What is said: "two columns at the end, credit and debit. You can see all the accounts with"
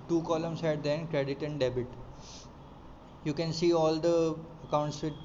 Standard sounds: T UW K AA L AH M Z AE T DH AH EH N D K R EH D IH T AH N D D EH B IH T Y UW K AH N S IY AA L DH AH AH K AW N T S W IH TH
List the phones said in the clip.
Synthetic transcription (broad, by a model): T UW K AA L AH M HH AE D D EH N K R EH D IH T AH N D D EH B IH T Y UW K AH N S IY AA L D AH AH K AW N T S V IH